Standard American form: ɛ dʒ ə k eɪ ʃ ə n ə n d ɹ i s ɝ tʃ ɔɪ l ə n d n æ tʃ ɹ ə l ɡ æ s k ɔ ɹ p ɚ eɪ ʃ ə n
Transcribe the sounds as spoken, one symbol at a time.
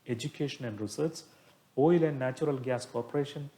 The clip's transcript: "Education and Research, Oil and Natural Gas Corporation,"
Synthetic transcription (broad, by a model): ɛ dʒ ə k eɪ ʃ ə n ə n d ɹ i s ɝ s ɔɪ l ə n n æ tʃ ɹ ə l ɡ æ s k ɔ ɹ p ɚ eɪ ʃ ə n